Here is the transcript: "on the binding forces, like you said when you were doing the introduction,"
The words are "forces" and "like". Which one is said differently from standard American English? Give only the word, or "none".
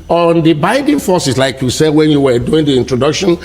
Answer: forces